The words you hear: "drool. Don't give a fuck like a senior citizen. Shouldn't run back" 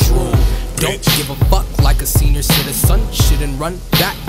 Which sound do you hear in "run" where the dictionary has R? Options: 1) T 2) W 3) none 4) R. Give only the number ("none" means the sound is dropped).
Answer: 4